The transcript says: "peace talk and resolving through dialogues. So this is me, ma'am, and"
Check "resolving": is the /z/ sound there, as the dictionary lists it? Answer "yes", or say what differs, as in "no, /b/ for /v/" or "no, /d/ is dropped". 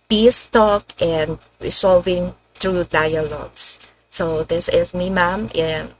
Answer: no, /s/ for /z/